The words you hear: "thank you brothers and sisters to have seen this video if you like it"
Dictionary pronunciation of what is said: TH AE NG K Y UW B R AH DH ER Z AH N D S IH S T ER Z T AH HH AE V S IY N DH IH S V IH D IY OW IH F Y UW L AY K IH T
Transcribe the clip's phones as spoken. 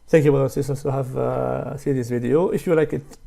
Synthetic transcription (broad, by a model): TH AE NG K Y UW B AH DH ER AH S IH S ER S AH HH AE V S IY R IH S V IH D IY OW IH F Y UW L AY K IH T